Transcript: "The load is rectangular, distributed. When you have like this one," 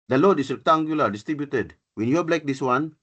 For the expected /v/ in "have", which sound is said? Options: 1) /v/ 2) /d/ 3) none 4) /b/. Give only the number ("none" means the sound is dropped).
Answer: 4